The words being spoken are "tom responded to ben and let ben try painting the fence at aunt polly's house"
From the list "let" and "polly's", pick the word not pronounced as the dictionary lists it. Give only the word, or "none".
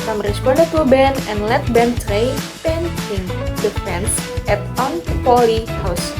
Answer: polly's